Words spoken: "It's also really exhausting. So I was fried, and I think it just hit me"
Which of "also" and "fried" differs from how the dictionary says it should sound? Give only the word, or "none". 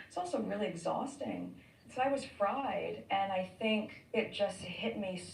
none